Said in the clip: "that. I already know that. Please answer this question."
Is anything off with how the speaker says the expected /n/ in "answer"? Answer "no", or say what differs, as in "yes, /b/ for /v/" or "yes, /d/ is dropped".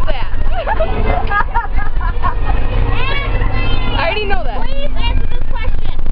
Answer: yes, /n/ is dropped